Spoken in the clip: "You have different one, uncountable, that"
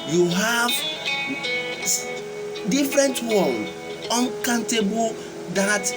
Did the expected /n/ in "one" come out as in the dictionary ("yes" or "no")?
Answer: no